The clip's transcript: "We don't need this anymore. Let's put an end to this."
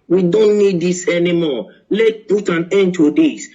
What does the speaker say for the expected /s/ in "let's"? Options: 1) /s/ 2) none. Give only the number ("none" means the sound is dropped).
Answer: 2